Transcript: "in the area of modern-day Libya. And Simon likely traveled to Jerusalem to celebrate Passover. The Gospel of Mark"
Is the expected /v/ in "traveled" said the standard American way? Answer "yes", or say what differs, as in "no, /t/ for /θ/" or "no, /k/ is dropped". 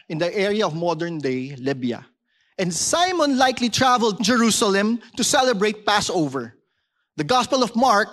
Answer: yes